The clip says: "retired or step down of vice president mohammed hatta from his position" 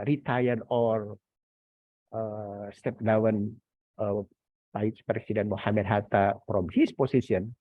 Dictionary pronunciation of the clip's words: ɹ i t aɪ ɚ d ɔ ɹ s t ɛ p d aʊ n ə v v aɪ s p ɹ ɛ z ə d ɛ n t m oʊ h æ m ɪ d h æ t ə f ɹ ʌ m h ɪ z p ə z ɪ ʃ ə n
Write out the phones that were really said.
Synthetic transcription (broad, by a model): ɹ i t aɪ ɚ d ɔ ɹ s t ɛ p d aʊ n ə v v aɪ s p ɹ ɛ s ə d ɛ n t m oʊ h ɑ m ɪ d h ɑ t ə f ɹ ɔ m h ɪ s p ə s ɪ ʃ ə n